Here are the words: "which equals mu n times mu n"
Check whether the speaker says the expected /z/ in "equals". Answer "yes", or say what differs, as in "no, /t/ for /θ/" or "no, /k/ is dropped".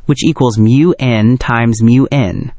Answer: yes